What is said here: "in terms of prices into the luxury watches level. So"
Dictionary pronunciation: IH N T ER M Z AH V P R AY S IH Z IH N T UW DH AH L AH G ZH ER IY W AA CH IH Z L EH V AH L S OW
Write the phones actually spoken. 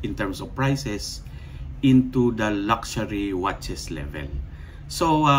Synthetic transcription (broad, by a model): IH N T ER M S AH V P R AY S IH S IH N T UW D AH L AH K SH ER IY W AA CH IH S L EH V AH L S OW